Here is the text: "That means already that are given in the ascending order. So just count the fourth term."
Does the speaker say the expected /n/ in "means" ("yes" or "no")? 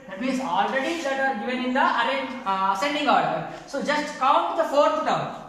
no